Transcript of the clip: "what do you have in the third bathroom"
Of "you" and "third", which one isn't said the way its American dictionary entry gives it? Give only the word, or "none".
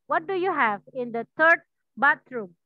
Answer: third